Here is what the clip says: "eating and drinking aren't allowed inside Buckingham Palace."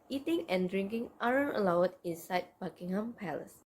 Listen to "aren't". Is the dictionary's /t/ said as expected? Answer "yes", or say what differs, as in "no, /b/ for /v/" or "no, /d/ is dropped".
no, /t/ is dropped